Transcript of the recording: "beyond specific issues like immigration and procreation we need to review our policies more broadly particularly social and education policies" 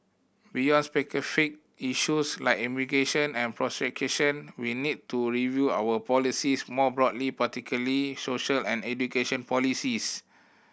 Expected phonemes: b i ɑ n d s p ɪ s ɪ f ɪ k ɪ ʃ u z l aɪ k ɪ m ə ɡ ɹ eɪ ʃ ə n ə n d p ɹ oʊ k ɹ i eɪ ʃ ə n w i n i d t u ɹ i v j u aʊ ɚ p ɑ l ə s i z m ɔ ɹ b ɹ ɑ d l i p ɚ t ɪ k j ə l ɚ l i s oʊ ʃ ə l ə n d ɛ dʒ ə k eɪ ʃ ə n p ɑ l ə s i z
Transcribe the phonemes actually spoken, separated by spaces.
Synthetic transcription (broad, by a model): b i ɑ n s p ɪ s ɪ f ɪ k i ʃ u s l aɪ k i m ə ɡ eɪ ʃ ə n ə n p ɹ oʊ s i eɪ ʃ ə n w i n i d t u ɹ i v j u aʊ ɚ p ɑ l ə s i s m ɔ b ɹ ɑ d l i p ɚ t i k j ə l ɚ l i s oʊ ʃ ə l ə n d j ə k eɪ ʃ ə n p ɑ l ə s i s